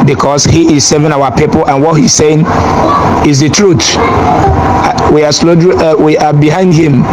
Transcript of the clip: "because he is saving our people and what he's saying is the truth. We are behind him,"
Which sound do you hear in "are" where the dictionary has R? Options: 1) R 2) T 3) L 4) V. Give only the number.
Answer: 3